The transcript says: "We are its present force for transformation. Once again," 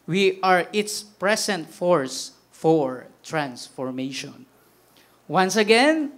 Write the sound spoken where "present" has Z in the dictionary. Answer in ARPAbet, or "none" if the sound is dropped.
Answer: S